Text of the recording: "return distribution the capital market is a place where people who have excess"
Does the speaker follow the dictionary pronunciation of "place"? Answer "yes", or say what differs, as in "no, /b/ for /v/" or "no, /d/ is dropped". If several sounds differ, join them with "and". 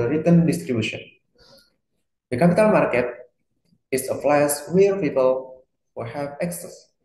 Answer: no, /f/ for /p/